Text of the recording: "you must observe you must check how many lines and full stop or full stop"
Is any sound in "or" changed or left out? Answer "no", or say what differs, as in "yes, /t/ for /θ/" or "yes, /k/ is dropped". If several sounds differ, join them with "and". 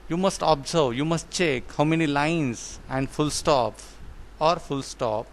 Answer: no